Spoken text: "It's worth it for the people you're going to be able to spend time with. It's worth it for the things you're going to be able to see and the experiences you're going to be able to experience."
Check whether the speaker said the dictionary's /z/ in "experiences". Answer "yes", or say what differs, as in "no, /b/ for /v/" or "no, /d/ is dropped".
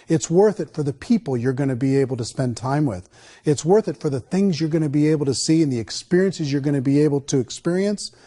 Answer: yes